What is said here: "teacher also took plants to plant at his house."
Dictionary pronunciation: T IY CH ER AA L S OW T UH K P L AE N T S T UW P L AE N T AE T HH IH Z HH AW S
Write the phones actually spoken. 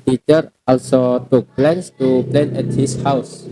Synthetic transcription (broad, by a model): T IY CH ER AA L S OW T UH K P L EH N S T UW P L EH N AE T HH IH S HH AW S